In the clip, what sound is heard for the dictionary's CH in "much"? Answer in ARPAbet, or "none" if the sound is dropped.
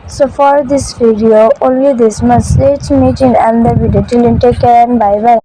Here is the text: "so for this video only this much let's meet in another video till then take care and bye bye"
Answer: S